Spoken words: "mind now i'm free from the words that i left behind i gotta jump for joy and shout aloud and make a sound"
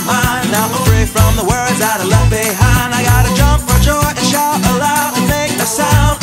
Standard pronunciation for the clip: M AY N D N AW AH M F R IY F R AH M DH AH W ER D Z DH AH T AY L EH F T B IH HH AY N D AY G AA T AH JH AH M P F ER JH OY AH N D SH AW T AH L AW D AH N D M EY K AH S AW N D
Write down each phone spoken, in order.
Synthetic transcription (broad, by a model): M AY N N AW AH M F R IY F R AH M DH AH W ER D Z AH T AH L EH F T B IH HH AY N D AY G AA T AH JH AH M P F ER JH OY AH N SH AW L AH L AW AH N M EY K AH S AW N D